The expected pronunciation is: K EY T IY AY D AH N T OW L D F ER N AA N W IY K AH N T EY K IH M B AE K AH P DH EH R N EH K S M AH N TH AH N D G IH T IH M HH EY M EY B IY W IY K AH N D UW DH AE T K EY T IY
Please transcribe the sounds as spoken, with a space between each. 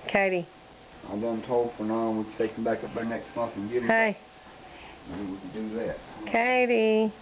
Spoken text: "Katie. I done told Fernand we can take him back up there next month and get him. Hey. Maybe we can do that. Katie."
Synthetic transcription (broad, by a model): K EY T IY AY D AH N T OW L D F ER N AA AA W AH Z T EY K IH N B AE K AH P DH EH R N EH K S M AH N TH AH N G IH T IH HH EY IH IY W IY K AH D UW DH AE T K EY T IY